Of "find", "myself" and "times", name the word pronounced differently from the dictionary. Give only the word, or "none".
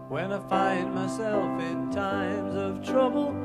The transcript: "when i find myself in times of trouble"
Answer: none